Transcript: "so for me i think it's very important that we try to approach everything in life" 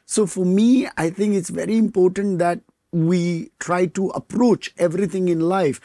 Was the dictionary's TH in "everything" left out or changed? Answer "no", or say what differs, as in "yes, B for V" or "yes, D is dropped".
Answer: yes, T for TH